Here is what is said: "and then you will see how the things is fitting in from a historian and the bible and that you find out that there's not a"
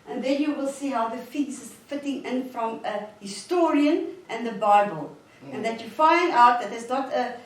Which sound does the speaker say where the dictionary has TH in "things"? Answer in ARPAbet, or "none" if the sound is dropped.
F